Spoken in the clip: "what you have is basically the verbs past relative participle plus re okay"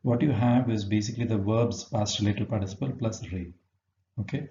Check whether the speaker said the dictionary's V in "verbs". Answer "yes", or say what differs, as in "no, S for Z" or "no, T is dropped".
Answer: yes